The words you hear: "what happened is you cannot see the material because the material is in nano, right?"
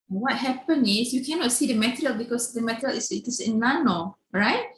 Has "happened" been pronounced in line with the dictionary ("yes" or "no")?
no